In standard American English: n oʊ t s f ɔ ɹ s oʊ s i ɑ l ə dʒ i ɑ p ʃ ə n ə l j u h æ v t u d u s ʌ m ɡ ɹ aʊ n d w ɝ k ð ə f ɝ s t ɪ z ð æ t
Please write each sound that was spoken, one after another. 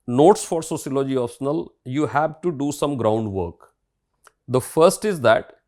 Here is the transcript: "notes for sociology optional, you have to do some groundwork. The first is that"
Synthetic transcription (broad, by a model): n oʊ t s f ɔ ɹ s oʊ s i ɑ l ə dʒ i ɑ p s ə n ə l j u h æ v t u d u s ʌ m ɡ ɹ aʊ n d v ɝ k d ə f ɝ s t ɪ z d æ t